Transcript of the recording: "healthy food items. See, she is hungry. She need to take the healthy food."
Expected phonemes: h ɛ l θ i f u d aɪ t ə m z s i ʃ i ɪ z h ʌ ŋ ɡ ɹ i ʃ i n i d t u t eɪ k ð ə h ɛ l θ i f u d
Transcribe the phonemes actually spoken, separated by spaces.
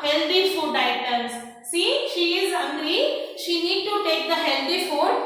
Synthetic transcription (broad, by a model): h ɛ l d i f u d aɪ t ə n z s i ʃ i ɪ z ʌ ɡ ɹ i ʃ i n i d t u t eɪ k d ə h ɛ l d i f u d